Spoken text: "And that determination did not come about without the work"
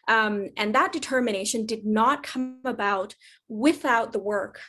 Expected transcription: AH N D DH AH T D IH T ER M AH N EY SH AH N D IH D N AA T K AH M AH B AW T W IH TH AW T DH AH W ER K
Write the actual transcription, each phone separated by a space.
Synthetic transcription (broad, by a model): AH N DH AH T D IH T ER M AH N EY SH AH N D IH D N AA T K AH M AH B AW T W IH TH AW T DH AH W ER K